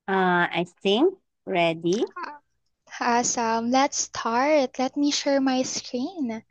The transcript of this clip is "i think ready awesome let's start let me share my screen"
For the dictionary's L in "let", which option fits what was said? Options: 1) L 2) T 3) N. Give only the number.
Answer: 1